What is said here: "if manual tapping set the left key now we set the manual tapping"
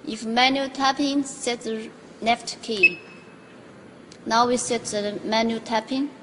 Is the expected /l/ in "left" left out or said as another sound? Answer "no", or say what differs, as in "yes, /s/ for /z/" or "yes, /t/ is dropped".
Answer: yes, /n/ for /l/